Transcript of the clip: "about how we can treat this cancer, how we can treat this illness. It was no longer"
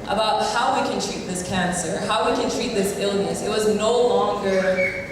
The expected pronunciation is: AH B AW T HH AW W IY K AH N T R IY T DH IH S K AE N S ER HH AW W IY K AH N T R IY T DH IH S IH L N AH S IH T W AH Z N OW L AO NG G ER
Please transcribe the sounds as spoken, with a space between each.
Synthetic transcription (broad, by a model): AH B AW T HH AW W IY K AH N T R IY T DH IH S K AE N S ER HH AW W IY K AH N T R IY T DH IH S IH L N AH S IH T W AH Z N OW L AO NG G ER